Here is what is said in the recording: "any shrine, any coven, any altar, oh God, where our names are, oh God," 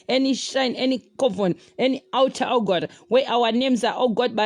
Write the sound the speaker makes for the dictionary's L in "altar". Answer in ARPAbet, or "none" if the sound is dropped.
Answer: W